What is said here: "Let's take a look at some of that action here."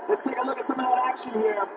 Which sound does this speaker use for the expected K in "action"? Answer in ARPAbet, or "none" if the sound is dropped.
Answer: K